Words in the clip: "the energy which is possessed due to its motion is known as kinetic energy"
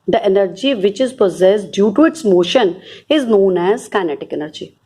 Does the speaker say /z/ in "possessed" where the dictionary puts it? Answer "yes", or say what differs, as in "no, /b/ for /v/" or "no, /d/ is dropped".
yes